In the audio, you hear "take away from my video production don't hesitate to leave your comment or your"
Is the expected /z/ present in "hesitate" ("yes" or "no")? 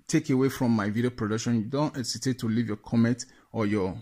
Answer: no